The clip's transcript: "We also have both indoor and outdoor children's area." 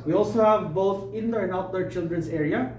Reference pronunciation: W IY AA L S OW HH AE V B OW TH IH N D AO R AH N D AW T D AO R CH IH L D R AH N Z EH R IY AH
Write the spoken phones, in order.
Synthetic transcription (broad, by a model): W IY AA L S OW HH AE V B OW TH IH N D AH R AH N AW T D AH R CH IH L D R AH N S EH R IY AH